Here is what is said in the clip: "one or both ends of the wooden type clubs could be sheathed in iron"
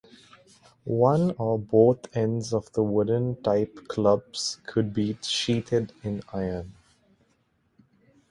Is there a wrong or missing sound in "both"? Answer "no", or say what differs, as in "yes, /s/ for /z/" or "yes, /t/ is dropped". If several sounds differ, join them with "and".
yes, /t/ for /θ/